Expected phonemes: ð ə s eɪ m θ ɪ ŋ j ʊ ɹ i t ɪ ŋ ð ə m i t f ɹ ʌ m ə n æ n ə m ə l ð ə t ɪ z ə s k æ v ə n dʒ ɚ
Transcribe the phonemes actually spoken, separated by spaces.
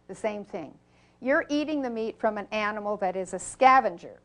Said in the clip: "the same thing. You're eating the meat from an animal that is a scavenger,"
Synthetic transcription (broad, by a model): ð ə s eɪ m θ ɪ ŋ j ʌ ɹ i t ɪ ŋ ð ə m i t f ɹ ʌ m ə n æ n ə m l ð ə t ɪ z ə s k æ v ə n dʒ ɚ